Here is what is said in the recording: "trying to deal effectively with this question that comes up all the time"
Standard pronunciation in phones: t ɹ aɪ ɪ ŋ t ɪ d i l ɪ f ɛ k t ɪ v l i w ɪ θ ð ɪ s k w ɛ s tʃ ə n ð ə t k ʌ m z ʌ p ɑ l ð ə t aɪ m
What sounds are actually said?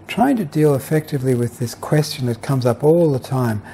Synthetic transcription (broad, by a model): t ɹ aɪ ɪ ŋ t ɪ d i l ɪ f ɛ k t ɪ v l i w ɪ ð ɪ s k w ɛ s tʃ ə n ð ə t k ʌ m z ʌ p ɑ l ð ə t aɪ m